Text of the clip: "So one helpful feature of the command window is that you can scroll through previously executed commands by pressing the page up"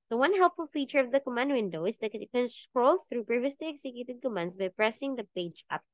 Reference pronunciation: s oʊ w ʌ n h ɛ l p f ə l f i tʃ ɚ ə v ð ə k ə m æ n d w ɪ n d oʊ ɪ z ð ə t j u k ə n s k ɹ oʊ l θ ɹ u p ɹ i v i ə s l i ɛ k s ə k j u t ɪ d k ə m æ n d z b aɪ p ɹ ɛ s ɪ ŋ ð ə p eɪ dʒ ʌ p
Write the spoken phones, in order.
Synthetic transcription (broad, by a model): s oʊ w ʌ n h ɛ l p f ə l f i tʃ ɚ ə v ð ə k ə m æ n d w ɪ n d oʊ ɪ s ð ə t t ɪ k ə n s k ɹ oʊ l θ ɹ u p ɹ i v i ə s l i ɛ k s ə k j u t ɪ d k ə m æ n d s b aɪ p ɹ ɛ s ɪ ŋ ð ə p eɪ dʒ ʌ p